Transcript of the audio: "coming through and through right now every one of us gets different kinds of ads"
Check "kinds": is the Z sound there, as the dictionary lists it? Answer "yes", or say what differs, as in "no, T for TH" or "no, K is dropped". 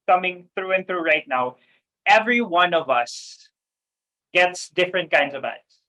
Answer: yes